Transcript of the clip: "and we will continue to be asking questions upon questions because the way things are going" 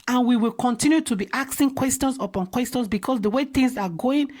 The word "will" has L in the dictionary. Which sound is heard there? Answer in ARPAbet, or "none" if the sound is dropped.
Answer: L